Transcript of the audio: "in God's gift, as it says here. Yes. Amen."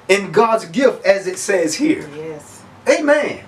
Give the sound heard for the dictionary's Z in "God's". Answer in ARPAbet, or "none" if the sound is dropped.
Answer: Z